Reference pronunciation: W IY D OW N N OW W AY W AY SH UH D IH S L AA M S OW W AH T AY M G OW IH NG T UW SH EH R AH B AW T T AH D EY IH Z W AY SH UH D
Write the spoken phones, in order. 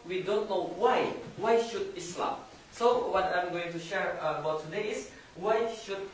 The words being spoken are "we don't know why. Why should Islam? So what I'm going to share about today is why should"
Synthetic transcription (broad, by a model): W IY D OW N N OW W AY W AY SH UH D IH S L AA M S OW W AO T AY M G OW IH NG T UW SH EH R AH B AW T T AH D EY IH S W AY SH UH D